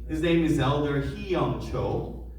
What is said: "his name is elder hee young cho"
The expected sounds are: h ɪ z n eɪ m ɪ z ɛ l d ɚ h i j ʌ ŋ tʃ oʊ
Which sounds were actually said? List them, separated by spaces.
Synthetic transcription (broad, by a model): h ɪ z n eɪ m ɪ z ɛ l d ɚ h i j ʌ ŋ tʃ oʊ